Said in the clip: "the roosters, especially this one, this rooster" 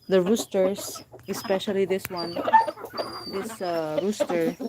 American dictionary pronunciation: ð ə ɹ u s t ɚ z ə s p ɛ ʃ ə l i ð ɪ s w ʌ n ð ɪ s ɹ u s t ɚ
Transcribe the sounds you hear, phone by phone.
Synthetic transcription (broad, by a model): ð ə ɹ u s t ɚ s ə s p ɛ ʃ ə l i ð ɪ s w ʌ n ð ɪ s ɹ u s t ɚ